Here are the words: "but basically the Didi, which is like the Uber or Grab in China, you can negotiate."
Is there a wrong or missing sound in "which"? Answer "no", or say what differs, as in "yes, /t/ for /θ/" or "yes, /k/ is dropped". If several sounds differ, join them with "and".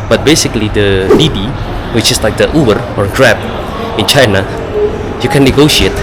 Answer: no